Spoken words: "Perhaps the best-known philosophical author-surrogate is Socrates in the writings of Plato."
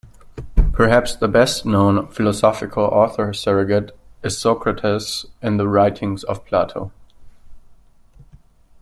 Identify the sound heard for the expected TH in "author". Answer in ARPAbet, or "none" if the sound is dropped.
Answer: TH